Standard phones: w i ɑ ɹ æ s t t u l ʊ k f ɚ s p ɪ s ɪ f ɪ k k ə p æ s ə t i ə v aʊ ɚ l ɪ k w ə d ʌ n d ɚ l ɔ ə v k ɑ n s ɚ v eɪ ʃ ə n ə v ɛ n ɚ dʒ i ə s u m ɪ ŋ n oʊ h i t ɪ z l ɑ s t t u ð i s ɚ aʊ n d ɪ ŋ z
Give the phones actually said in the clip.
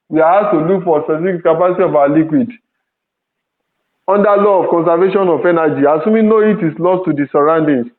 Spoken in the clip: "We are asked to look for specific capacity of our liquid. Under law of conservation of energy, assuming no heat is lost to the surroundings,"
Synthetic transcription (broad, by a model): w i ɑ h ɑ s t t u l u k f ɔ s ɪ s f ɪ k k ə p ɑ s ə t i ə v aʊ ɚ l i k w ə d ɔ n d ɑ l ɔ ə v k ɑ n s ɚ v eɪ ʃ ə n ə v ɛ n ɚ dʒ i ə s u m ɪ n oʊ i t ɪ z l ɑ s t t u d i s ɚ aʊ n d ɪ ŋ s